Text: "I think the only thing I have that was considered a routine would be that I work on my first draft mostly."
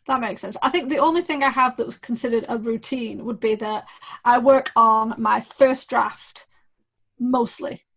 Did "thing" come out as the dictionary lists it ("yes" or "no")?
yes